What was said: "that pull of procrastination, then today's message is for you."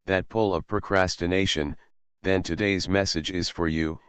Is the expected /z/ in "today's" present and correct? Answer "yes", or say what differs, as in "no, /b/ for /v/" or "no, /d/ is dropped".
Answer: yes